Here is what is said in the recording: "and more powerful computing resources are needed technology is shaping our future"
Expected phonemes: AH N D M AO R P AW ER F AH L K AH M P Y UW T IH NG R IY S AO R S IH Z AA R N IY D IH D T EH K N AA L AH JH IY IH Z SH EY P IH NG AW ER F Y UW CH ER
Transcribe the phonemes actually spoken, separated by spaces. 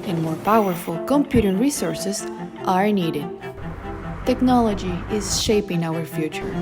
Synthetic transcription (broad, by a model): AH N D M AO R P AW ER F AH L K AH M P Y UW T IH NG R IY S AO R S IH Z AA R N IY D IH D T EH K N AA L AH JH IY IH Z SH EY P IH NG AW ER F Y UW CH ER